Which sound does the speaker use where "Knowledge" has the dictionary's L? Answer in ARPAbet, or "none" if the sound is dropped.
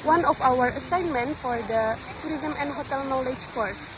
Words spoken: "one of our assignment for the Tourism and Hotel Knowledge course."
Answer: L